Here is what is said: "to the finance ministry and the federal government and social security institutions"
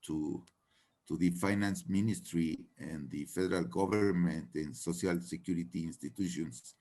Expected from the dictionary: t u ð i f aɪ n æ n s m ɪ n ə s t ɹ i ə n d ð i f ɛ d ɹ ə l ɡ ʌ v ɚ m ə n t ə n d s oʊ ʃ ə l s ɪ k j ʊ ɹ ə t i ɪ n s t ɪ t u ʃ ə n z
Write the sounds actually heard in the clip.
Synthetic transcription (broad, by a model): t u ð i f aɪ n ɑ n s m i n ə s t ɹ i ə n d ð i f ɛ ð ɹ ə l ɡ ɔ b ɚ m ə n t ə n s oʊ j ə l s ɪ k j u ɹ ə t i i n s t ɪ t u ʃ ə n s